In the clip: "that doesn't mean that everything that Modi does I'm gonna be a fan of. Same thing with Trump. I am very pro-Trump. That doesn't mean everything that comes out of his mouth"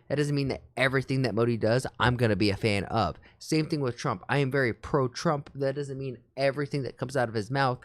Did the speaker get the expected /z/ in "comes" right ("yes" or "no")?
yes